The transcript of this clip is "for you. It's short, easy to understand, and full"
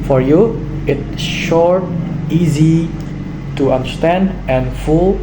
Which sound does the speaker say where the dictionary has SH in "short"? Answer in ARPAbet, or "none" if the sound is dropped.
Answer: SH